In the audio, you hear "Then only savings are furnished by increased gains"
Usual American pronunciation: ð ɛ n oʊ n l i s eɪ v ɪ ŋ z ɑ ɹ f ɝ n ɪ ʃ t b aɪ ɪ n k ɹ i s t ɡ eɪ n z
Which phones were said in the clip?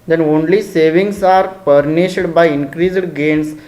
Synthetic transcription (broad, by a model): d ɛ n oʊ n l i s eɪ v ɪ ŋ s ɑ ɹ p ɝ n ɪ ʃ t b aɪ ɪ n k ɹ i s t ɡ eɪ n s